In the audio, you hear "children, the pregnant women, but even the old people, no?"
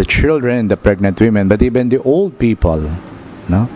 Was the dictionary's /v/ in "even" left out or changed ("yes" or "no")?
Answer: yes